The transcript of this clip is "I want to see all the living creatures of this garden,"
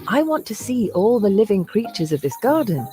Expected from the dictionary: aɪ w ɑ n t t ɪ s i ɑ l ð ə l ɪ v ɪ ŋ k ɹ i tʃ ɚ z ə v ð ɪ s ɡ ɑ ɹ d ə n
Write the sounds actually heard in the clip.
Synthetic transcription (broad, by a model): aɪ w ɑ n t t ɪ s i ɑ l ð ə l ɪ v ɪ ŋ k ɹ i tʃ ɚ z ə v ð ɪ s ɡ ɑ ɹ d n